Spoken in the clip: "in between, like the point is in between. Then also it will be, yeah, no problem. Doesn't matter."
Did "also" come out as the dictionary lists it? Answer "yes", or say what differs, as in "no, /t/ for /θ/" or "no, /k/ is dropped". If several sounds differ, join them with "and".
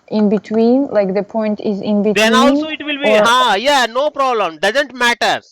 no, /n/ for /l/